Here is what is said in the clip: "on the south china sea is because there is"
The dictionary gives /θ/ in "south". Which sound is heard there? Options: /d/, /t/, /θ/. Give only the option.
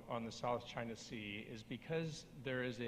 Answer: /θ/